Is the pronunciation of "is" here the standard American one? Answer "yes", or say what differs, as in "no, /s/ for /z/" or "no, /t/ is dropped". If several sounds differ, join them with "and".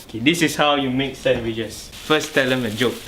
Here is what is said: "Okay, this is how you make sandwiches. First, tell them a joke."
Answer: no, /s/ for /z/